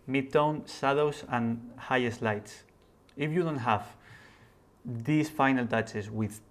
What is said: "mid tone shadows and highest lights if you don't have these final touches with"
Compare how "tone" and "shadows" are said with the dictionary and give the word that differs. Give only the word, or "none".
shadows